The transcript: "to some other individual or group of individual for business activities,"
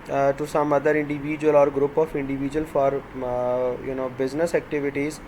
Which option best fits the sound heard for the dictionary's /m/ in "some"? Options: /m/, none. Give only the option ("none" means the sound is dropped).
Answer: /m/